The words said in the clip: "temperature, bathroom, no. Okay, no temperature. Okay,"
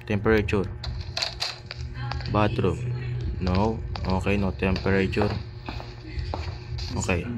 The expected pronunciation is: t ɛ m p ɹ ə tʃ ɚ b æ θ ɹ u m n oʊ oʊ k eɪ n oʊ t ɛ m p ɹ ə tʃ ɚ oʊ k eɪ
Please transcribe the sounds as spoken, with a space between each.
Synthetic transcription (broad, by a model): t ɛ m p ɹ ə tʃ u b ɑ t ɹ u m n oʊ oʊ k eɪ n oʊ t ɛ m p ɹ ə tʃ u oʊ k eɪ